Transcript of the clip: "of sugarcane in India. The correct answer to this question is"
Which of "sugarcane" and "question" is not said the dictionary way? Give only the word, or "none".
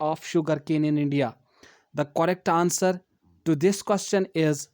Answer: none